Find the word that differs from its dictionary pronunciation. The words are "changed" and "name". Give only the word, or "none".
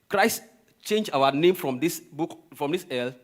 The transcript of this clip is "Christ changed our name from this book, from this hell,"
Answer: changed